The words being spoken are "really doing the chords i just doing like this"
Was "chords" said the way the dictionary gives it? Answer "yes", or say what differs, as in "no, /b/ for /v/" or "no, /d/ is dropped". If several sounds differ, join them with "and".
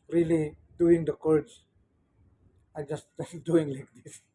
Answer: no, /s/ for /z/